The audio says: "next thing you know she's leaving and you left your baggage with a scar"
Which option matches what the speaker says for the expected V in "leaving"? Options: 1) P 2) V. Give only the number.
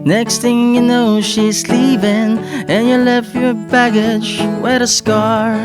1